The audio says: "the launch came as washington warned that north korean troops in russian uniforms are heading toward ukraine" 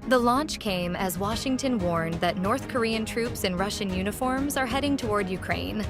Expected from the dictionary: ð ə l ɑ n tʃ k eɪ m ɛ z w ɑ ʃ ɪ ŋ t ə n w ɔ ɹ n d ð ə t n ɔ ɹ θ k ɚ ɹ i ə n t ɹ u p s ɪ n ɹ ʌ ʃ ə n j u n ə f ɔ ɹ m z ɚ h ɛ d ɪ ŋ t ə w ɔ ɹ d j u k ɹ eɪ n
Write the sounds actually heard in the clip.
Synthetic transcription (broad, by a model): ð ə l ɑ n tʃ k eɪ m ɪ z w ɑ ʃ ɪ ŋ t ə n w ɔ ɹ n ð ə t n ɔ ɹ θ k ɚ ɹ i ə n t ɹ u p s ɪ n ɹ ʌ ʃ ə n j u n ə f ɔ ɹ m z ɚ h ɛ d ɪ ŋ t ə w ɔ ɹ d j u k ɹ eɪ n